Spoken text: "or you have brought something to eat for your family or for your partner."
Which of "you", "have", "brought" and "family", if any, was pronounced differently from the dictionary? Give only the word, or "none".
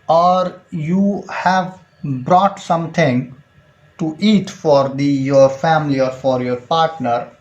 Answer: none